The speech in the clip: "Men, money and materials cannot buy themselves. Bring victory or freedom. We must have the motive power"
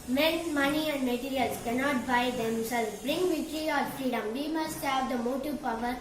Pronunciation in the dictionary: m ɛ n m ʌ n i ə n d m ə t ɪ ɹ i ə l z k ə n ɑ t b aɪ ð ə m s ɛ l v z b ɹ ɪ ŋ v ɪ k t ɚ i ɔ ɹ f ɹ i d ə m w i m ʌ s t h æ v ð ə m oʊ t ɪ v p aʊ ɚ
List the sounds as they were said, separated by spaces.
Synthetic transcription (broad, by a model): m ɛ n m ʌ n i ə n d m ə t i ɹ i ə l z k ə n ɑ t b aɪ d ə m s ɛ l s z b ɹ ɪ ŋ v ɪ t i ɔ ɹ f ɹ i d ə m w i m ʌ s t h æ v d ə m oʊ t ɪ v p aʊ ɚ